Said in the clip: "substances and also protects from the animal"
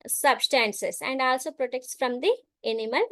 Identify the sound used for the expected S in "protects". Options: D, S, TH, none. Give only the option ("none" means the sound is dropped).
S